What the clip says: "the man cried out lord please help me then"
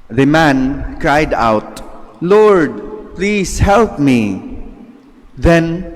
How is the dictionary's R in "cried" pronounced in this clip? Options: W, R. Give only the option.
R